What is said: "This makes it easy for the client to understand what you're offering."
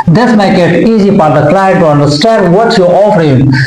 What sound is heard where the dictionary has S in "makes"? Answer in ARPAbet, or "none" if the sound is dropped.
none